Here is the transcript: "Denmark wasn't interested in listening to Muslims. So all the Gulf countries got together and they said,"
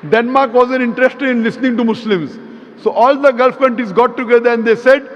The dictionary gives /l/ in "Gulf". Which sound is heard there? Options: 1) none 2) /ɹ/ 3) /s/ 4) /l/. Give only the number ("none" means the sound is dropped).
4